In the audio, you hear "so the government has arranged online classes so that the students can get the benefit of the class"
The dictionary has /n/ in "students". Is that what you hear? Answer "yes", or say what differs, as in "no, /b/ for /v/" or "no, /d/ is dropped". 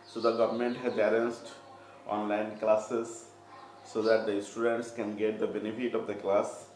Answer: yes